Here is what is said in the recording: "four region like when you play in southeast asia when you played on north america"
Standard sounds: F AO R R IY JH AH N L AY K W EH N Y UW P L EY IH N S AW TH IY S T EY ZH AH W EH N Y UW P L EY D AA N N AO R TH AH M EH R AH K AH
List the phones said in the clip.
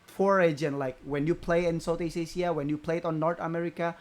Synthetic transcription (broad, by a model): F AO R R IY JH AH N L AY K W EH N Y UW P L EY IH N S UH T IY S EY S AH W EH N Y UW P L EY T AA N N AO R T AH M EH R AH K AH